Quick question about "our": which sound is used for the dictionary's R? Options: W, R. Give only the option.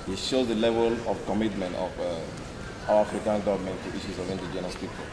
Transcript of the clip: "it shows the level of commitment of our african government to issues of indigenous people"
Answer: W